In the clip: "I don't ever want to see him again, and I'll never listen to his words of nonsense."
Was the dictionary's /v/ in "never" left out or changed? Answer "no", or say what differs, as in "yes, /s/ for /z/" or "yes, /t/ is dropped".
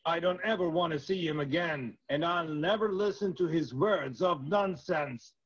no